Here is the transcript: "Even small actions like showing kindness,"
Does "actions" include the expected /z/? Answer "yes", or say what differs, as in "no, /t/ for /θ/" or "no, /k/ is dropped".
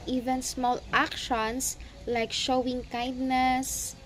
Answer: no, /s/ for /z/